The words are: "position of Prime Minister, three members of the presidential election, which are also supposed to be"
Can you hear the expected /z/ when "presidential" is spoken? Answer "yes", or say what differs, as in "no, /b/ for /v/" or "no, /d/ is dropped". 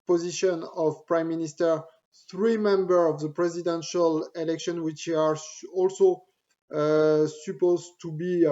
yes